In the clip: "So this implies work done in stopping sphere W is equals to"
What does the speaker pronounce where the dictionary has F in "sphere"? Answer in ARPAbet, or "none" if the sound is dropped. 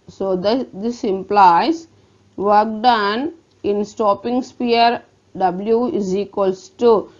P